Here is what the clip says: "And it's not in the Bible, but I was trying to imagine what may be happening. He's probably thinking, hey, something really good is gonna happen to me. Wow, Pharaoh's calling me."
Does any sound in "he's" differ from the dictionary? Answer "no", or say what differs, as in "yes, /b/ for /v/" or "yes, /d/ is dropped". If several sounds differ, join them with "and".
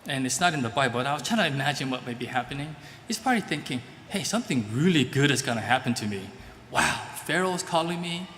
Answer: yes, /s/ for /z/